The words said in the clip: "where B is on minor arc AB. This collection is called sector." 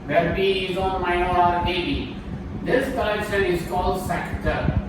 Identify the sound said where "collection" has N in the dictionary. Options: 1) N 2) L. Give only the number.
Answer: 2